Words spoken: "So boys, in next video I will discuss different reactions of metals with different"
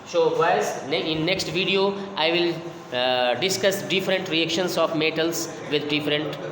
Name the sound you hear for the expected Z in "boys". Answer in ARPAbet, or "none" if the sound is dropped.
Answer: none